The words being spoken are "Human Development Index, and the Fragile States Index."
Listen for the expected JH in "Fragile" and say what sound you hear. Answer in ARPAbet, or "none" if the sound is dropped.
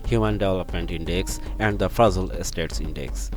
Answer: Z